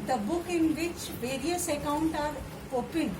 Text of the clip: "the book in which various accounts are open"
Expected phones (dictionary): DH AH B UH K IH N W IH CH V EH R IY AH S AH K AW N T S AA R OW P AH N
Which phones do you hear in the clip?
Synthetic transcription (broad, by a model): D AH B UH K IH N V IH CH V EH R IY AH S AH K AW N T AA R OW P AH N